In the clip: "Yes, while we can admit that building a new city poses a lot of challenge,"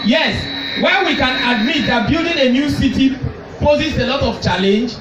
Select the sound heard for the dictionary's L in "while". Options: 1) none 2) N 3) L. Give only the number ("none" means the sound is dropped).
2